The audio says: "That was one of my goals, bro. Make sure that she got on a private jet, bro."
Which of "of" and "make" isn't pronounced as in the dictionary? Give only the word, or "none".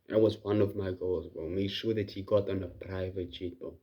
none